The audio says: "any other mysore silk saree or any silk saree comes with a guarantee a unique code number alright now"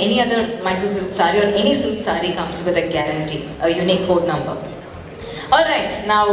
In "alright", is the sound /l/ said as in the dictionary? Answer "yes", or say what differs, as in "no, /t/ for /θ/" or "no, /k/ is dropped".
yes